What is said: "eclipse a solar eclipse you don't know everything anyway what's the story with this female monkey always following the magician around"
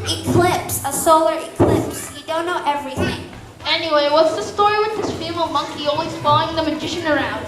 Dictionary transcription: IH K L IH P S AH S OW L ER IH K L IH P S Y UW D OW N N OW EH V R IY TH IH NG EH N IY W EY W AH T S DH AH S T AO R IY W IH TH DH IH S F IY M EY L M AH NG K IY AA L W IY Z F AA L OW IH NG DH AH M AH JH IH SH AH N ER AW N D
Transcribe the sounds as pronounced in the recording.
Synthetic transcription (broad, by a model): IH K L IH P S AH S OW L ER IH K L IH P S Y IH D OW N N OW EH V R IY TH IH NG EH N IY W EY W AH T S DH AH S T AO R IY W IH DH IH S F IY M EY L M AH NG K IY AA L W IY Z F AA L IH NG DH AH M AH JH IH SH AH N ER AW N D